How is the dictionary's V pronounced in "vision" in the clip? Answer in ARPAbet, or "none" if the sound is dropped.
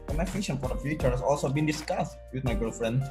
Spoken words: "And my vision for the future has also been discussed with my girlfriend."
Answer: F